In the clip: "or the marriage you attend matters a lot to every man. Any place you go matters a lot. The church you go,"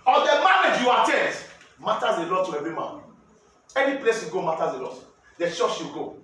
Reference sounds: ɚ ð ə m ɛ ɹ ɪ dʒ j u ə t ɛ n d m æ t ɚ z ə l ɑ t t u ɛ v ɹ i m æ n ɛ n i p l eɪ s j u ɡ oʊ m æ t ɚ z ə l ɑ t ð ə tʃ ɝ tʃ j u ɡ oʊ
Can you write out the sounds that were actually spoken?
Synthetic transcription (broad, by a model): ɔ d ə m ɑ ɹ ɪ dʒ j u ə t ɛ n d m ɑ t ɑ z ə l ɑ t t u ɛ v i m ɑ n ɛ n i p l eɪ s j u ɡ oʊ m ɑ t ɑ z ə l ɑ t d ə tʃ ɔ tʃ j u ɡ oʊ